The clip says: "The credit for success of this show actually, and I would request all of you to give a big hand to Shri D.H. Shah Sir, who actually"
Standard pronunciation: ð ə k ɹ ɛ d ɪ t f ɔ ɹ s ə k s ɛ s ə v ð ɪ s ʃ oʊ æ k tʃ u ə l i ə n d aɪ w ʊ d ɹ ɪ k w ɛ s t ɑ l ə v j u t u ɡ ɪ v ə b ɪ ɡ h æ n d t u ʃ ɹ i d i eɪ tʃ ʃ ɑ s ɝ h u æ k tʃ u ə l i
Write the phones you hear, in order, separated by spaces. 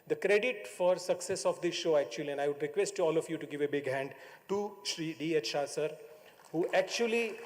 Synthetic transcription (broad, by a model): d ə k ɹ ɛ d ɪ t f ɔ ɹ s ə k s ɛ s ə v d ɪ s ʃ oʊ æ k tʃ u ə l i ə n d aɪ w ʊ d ɹ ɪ k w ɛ s t ɑ l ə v j u t u ɡ ɪ v ə b ɪ ɡ h æ n d t u ʃ ɹ i d i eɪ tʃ ʃ ɑ s ɝ h u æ k tʃ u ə l i